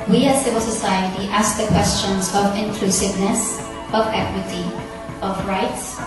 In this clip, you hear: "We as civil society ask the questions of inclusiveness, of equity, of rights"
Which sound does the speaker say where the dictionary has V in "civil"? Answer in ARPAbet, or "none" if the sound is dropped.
V